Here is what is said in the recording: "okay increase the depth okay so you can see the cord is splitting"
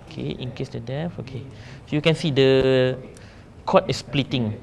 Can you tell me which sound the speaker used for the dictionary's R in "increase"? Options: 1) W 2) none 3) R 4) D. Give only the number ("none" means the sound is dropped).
2